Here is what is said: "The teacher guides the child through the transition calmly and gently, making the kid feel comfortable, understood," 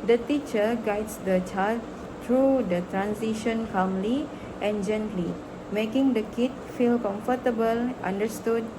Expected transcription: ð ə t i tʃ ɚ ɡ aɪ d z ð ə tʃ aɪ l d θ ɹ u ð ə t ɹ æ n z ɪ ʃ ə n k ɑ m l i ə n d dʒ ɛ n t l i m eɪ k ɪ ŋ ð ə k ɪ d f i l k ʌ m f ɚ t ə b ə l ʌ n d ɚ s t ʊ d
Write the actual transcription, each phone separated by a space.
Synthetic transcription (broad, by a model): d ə t i tʃ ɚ ɡ aɪ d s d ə tʃ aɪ l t ɹ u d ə t ɹ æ n s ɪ ʃ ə n k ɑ m l i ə n dʒ ɛ n t l i m eɪ k ɪ ŋ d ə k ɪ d f i l k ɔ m f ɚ t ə b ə l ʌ n d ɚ s t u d